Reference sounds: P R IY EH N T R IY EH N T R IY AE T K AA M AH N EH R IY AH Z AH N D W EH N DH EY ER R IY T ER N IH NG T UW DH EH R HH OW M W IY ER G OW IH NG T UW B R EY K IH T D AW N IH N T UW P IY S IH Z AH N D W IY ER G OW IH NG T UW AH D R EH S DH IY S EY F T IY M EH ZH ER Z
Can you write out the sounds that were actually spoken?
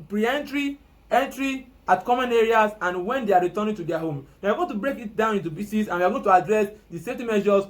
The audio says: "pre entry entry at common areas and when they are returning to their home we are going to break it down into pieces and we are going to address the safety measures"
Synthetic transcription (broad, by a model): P R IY EH N T R IY EH N T R IY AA T K AA M AH N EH R IY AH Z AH N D W EH N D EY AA R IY T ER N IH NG T UW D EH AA HH OW M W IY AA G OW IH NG T UW B R EY K IH T D AW N IH N T UW B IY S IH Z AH N W IY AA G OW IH T UW AH D R EH S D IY S EY F T IY M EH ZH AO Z